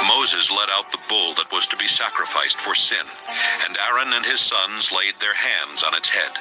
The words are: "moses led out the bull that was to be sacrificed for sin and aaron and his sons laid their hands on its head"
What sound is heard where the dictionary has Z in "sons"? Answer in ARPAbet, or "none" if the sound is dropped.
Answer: Z